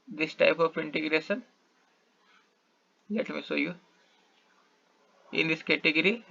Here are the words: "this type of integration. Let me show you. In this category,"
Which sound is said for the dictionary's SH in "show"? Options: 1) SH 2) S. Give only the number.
2